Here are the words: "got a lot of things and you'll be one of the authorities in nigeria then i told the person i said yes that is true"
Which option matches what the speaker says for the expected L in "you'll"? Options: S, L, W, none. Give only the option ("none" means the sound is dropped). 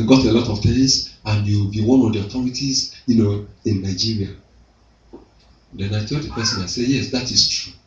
W